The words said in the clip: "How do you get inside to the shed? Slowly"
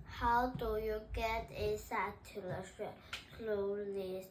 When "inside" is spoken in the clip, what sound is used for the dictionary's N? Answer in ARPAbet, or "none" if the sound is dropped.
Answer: none